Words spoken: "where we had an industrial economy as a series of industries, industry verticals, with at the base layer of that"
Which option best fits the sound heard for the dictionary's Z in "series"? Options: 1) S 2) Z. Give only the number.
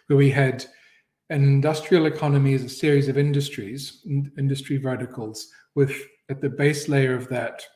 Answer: 2